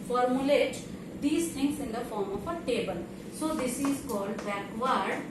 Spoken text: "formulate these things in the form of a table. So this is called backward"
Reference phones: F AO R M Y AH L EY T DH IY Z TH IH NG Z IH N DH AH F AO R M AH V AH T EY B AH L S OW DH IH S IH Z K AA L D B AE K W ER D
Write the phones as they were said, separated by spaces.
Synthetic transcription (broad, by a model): F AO R M Y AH L EY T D IY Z T IH NG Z IH N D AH F AO R M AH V AH T EY B AH L S OW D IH S IH Z K AA L D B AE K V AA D